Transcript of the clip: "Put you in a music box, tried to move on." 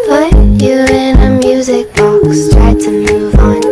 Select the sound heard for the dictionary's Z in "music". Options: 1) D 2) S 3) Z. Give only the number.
3